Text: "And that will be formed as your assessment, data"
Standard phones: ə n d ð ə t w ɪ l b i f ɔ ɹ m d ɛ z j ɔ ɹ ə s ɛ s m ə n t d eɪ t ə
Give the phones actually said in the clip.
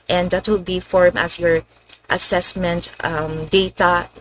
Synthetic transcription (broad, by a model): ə n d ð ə t w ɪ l b i f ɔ ɹ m ɛ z j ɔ ɹ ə s ɛ s m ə n t d eɪ t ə